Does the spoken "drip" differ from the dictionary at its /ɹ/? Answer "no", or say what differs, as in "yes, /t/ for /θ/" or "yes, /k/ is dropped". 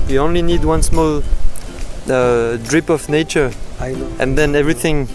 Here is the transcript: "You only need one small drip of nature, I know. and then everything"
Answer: no